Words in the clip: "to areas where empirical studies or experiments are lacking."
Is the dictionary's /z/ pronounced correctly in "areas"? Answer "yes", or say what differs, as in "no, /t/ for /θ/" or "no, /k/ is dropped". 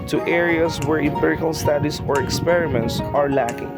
no, /s/ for /z/